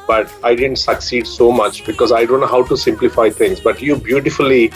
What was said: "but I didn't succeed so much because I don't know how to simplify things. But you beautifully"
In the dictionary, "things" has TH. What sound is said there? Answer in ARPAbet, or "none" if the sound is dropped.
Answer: T